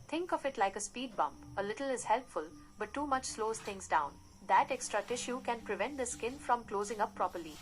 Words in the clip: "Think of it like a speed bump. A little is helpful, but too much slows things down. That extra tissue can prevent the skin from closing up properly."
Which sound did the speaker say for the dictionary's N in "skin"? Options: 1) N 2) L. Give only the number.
1